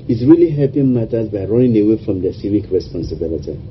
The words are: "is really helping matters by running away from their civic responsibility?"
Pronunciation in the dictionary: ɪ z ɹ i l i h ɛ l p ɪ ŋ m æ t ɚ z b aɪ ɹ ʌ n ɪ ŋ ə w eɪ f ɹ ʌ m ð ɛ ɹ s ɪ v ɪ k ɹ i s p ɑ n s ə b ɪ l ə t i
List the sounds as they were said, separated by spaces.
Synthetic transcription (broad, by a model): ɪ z ɹ i l i h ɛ p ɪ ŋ m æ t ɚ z b aɪ ɹ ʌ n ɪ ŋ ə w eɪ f ɹ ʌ m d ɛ s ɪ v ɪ k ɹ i s p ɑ n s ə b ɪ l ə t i